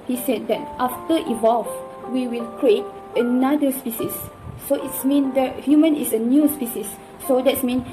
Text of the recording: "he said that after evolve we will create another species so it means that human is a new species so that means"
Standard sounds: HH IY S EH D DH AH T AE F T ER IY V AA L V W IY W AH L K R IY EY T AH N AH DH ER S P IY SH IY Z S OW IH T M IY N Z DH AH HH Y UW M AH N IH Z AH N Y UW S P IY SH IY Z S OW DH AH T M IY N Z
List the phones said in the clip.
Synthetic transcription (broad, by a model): HH IY S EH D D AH T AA F T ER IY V AA L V W IY W AH L K R IY EY T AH N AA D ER S P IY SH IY S OW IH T M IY N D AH HH Y UW M AH N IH S AH N Y UW S P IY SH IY S OW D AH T M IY N